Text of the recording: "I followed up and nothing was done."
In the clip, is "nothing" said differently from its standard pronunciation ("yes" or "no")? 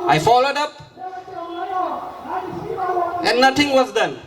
yes